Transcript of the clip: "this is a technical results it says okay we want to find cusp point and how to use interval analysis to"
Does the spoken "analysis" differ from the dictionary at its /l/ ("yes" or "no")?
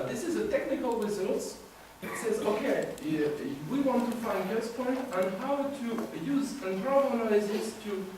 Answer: yes